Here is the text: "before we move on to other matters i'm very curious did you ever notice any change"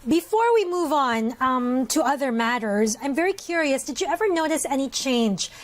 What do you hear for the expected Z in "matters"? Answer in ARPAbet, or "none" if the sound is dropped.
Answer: Z